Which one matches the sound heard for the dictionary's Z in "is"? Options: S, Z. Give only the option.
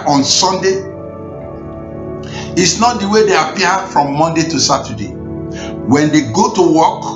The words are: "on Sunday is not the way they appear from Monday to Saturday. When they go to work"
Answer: S